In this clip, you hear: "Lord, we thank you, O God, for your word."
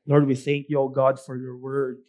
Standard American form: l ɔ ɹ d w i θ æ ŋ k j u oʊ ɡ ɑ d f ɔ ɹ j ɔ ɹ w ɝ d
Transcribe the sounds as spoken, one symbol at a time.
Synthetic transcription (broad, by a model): l ɔ ɹ d w i θ æ ŋ k j u oʊ ɡ ɑ d f ɔ ɹ j ɔ ɹ w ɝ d